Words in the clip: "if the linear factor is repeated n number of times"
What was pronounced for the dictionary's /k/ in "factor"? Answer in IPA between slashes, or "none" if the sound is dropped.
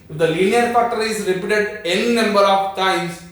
none